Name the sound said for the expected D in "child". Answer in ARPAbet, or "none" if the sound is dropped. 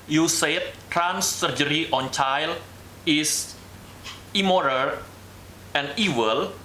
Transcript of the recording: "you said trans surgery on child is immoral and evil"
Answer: none